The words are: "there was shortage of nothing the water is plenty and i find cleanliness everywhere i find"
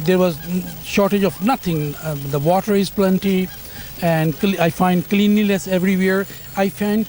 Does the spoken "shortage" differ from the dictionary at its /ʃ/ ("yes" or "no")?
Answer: no